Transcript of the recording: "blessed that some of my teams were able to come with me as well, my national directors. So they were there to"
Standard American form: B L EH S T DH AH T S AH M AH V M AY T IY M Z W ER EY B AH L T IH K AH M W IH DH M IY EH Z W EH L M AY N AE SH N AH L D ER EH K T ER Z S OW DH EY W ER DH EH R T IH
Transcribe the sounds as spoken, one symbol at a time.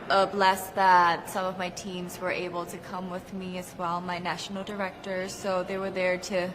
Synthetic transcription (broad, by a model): B L EH S DH AH T S AH M AH V M AY T IY M Z W ER EY B L T IH K AH M W IH DH M IY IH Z W EH L M AY N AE SH N L D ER EH K T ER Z S OW DH EY W ER DH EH R T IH